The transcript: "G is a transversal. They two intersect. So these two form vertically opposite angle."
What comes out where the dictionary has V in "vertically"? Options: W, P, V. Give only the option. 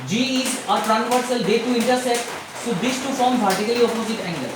P